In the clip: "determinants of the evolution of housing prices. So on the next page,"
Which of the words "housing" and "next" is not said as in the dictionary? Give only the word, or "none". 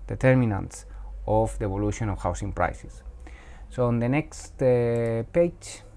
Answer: housing